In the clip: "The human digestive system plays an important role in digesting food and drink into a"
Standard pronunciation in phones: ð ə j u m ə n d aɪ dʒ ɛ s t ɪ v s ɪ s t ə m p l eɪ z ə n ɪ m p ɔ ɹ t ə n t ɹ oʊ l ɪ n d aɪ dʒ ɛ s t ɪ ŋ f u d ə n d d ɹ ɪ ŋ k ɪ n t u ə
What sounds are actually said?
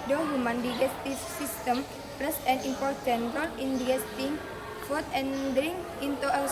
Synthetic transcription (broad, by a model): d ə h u m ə n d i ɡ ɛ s t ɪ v s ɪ s t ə m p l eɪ s ə n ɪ m p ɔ ɹ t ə n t ɹ oʊ l ɪ n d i ɛ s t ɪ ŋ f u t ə n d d ɹ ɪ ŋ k ɪ n t u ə